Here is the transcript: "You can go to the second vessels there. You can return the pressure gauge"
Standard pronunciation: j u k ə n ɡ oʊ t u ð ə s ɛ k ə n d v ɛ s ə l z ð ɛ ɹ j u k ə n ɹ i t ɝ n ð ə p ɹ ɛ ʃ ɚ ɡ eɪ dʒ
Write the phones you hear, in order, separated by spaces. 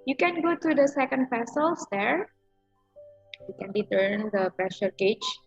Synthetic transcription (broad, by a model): j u k ə n ɡ oʊ t u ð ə s ɛ k ə n d p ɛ s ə l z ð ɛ ɹ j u k ə n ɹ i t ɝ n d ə p ɹ ɛ ʃ ɚ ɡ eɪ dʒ